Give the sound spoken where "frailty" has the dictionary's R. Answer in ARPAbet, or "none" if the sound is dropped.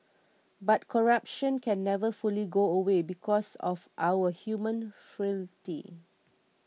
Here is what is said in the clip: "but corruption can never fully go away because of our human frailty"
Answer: none